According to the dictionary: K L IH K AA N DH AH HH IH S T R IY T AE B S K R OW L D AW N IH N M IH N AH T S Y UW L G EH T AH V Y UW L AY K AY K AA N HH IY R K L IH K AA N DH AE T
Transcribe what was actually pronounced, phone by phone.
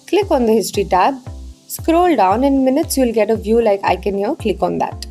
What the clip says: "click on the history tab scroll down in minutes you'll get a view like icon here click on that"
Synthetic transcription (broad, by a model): K L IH K AA N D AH HH IH S T R IY T AE B S K R OW L D AW N IH N M IH N AH T S Y UW L G EH T AH V Y UW L AY K AY K AA N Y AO K L IH K AA N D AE T